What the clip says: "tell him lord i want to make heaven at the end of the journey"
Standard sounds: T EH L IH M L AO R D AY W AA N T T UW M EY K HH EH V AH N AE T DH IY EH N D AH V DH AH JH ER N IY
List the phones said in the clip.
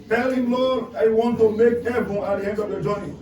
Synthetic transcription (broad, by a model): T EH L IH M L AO AY W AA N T T UW M EY K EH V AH AA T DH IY EH N D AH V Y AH JH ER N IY